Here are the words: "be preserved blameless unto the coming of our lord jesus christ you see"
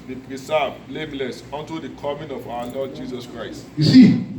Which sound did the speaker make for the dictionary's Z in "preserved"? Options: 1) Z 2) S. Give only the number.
2